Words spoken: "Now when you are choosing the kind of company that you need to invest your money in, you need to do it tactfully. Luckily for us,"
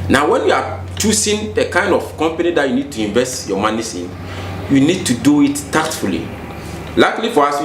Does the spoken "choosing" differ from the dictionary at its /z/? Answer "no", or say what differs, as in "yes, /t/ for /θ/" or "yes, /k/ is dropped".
yes, /s/ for /z/